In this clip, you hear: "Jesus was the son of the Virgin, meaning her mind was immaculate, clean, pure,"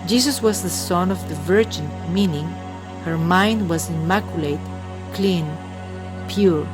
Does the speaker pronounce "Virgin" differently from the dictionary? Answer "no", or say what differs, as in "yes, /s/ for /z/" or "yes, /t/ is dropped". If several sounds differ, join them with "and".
no